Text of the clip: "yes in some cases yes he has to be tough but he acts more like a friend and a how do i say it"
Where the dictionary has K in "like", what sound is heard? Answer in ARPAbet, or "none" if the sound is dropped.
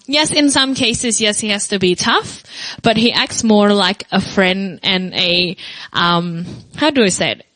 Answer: K